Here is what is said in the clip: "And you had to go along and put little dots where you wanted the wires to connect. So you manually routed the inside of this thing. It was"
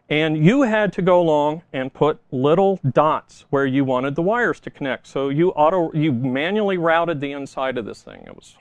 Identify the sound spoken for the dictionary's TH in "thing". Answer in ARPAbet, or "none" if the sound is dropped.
TH